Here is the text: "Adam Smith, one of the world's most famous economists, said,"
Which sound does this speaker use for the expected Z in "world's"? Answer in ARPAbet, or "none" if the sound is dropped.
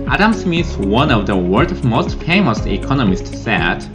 none